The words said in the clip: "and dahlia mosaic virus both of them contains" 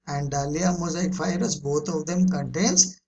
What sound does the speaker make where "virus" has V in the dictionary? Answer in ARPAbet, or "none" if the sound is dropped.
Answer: F